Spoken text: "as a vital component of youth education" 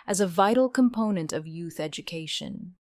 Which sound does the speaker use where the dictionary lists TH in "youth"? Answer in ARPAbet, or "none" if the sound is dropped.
TH